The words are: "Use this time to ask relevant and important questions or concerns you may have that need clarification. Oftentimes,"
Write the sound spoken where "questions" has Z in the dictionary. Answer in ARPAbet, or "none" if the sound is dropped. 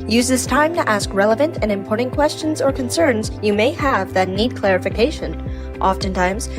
Z